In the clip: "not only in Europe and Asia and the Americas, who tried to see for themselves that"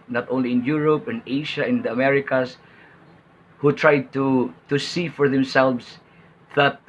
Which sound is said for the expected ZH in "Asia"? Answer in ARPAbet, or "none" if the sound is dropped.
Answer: SH